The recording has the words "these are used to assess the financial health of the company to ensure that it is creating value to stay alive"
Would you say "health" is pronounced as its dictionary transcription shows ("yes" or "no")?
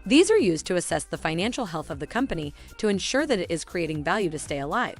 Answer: yes